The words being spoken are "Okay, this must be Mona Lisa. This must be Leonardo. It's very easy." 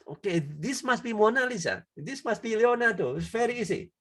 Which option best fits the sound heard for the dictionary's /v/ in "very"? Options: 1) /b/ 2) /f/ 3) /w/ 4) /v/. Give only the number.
2